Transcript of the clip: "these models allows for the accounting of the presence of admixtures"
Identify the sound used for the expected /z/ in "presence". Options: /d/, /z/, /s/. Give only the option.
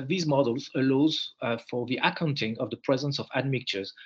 /z/